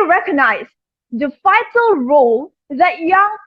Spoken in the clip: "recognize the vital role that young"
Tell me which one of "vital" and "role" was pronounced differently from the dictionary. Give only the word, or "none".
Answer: vital